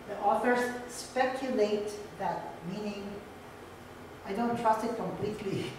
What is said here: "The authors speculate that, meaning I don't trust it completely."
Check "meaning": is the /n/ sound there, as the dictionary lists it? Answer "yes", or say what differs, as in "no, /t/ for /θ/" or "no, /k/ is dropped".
yes